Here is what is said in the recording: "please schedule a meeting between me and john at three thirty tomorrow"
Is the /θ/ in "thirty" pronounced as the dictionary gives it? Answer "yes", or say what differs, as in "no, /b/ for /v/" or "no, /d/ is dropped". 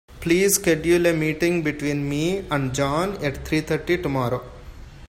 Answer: no, /t/ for /θ/